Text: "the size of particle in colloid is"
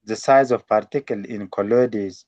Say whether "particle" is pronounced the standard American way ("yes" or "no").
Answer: yes